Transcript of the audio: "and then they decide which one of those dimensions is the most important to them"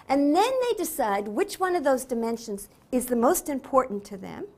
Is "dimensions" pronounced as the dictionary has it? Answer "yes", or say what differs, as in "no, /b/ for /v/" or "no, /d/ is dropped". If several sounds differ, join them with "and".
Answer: yes